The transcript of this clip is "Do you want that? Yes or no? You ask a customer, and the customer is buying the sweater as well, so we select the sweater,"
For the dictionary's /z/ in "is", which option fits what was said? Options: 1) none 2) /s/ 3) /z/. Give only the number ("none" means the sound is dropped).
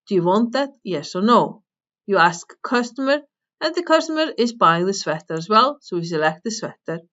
3